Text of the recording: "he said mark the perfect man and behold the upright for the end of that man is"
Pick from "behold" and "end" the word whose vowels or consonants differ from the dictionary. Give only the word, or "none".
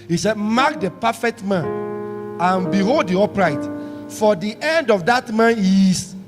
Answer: none